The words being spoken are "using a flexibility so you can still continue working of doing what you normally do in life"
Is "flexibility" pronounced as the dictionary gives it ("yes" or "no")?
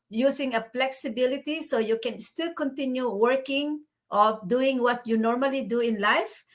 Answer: no